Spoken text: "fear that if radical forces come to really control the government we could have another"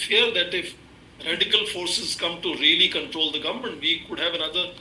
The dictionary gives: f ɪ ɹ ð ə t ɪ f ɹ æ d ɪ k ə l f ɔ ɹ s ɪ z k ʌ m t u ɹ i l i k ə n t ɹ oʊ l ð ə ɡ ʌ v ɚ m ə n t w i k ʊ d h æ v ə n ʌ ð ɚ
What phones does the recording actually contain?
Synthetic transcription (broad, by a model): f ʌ ɹ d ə t ɪ f ɹ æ d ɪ k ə l f ɔ ɹ s ɪ z k ʌ m t u ɹ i l i k ə n t ɹ oʊ l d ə ɡ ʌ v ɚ m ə n t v i k ʊ d h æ v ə n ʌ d ɚ